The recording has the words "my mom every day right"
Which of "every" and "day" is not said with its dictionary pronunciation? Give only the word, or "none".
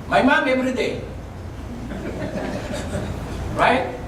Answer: every